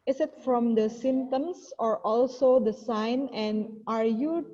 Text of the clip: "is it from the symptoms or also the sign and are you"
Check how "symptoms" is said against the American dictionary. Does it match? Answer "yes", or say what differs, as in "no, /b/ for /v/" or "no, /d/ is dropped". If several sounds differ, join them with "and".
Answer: no, /p/ is dropped and /s/ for /z/